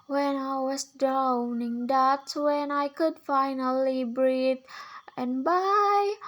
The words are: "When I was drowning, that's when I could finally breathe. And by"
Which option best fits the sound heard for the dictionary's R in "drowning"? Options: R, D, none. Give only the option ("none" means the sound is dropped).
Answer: R